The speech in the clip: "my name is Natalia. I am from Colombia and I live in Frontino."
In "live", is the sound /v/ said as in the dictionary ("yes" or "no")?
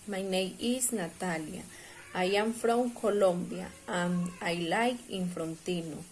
no